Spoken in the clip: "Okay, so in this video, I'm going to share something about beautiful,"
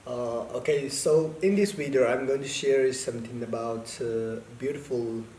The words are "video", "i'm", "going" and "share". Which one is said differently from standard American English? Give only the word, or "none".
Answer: video